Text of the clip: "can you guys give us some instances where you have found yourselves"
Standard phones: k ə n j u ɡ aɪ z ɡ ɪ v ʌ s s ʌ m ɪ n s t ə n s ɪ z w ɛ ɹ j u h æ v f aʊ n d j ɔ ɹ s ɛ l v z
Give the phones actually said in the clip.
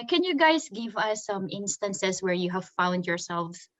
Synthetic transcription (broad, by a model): k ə n j u ɡ aɪ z ɡ ɪ v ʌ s s ʌ m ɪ n s t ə n s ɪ s w ɛ ɹ j u h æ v f aʊ n d j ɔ ɹ s ɛ l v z